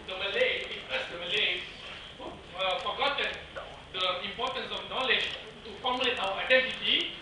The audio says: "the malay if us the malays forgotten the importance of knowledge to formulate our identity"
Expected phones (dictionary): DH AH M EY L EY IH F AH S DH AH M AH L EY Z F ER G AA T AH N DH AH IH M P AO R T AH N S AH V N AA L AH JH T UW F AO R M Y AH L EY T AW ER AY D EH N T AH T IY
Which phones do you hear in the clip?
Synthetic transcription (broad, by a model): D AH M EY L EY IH P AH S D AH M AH L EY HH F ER G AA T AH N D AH IH M P AO R T AH N S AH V N AA L AH JH T UW F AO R M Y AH L EY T AW ER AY D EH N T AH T IY